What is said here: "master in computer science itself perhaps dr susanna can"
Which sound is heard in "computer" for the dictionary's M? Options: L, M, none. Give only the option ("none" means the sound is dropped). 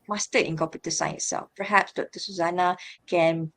none